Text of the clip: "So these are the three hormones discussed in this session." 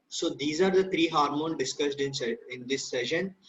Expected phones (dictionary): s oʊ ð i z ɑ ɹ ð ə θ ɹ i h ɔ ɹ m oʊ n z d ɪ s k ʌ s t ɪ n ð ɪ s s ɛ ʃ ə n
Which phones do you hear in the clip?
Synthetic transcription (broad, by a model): s oʊ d i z ɑ ɹ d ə t ɹ i h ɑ ɹ m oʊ n d ɪ s k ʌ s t ɪ n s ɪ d s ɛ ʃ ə n